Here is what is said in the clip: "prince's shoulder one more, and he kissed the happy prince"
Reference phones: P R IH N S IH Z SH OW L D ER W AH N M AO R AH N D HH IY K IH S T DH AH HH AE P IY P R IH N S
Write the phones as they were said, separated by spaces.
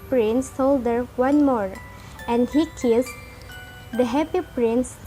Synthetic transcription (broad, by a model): P R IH N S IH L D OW D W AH N M AO R AH N D HH IY K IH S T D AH HH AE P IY P R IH N S